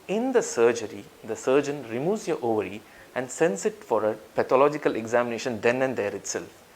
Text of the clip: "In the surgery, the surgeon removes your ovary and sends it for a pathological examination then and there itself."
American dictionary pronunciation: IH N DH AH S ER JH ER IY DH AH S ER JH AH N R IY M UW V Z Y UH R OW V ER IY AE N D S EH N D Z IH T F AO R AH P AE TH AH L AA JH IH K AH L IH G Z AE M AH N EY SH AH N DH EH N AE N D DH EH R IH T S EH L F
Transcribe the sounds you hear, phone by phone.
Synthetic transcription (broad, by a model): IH N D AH S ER JH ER IY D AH S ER JH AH N R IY M UW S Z Y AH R OW V ER IY AE N D S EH N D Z IH T F AO R AH P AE T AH L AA JH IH K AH L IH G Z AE M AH N EY SH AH N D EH N AE N D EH R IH T S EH L F